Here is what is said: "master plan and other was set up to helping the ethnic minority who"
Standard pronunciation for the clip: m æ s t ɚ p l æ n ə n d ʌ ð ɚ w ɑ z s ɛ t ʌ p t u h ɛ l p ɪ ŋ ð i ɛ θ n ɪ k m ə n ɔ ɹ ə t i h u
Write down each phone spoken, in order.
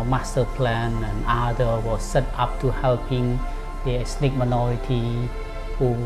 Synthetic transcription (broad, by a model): m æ s t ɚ p l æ n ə n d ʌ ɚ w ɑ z s ɛ t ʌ p t u h ɛ l p ɪ ŋ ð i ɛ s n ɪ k m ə n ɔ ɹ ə t i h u